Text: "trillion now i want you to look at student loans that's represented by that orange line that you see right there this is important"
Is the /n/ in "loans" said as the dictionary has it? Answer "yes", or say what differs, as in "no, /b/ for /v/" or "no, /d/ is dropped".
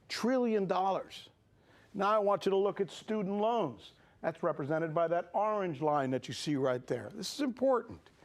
yes